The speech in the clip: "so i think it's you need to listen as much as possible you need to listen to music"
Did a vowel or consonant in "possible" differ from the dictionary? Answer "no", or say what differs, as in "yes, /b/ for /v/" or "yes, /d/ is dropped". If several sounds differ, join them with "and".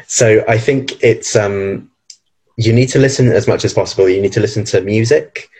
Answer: no